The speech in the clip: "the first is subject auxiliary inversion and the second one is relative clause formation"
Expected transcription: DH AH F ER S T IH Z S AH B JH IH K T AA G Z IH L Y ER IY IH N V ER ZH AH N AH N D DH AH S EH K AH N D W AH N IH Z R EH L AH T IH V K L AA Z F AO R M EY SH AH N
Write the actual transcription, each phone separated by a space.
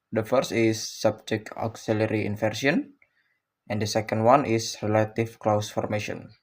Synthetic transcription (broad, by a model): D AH F ER S T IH S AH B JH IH K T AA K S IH L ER IY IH N F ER S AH N AH N D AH S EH K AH N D W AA N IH S R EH L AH T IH F K L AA S F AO R M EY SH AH N